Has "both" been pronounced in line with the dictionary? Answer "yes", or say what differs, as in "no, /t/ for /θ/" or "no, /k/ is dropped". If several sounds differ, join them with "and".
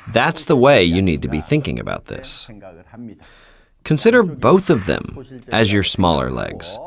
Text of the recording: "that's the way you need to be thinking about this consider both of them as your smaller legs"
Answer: yes